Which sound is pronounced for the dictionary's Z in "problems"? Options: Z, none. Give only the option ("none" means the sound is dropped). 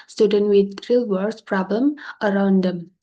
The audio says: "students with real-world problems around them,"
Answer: none